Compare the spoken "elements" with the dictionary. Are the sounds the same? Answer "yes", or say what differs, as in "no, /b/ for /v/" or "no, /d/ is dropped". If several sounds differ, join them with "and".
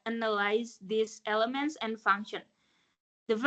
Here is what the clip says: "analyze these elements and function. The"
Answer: yes